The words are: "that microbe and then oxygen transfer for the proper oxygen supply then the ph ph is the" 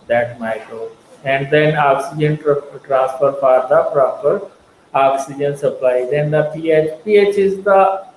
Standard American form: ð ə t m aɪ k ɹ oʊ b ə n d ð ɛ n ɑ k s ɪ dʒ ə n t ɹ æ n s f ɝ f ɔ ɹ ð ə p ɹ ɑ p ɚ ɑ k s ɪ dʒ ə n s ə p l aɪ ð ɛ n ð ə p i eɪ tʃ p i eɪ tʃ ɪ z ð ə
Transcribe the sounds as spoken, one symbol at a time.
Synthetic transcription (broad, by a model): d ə t m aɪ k ɹ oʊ ə n d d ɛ n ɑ k s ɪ dʒ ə n t ɹ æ n s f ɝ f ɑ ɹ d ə p ɹ ɑ p ɚ ɑ k s ɪ dʒ ə n s ə p l aɪ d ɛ n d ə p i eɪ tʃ p i eɪ tʃ ɪ z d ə